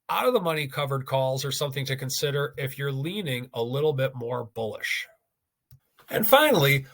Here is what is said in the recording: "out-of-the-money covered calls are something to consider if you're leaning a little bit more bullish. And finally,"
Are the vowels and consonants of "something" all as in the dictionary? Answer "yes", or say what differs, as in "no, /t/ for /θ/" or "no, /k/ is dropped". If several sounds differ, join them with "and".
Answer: yes